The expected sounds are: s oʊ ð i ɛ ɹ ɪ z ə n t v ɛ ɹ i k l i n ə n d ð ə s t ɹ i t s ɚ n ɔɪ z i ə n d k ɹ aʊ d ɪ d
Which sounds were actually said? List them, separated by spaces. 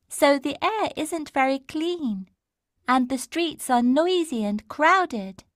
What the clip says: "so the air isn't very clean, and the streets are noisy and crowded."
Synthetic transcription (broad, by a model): s oʊ ð i ɛ ɹ ɪ z ə n t v ɛ ɹ i k l i n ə n ð ə s t ɹ i t s ɚ n ɔɪ z i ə n k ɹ aʊ d ɪ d